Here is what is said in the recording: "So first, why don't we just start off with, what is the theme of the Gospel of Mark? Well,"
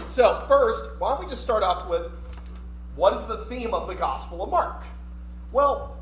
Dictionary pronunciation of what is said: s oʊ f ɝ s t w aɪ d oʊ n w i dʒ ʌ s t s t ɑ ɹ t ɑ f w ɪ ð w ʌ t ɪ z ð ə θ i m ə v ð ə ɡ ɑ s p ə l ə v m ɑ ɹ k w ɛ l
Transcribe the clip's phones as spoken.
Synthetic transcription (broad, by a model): s oʊ f ɝ s t w aɪ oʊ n w i dʒ ʌ s t s t ɑ ɹ t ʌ p w ɪ ð w ʌ t ɪ z ð ə θ i m ə v ð ə ɡ ɑ s p l ə v m ɑ ɹ k w ɛ l